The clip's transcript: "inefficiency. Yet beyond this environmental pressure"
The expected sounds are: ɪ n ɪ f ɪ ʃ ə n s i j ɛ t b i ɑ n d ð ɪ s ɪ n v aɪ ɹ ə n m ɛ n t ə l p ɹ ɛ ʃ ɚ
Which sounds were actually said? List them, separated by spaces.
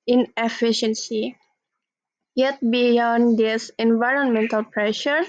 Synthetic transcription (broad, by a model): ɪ n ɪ f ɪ ʃ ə n s i j ɛ t b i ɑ n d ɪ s ɪ n v aɪ ɹ ə n m ɛ n t ə l p ɹ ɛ ʃ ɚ